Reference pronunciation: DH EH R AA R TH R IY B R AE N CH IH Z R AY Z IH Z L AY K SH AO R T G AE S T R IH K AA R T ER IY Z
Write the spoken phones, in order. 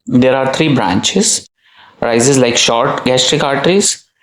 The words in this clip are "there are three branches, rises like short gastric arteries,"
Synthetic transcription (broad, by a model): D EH R AA R T R IY B R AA N CH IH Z R AY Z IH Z L AY K SH AO R T G AE S T R IH K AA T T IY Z